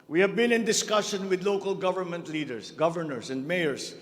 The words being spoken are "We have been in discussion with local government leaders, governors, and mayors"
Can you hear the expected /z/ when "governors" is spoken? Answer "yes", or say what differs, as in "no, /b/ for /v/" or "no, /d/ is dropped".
no, /s/ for /z/